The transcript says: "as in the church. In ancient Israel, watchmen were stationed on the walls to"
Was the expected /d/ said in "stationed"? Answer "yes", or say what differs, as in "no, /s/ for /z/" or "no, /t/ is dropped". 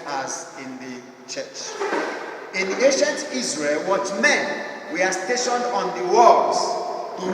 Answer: yes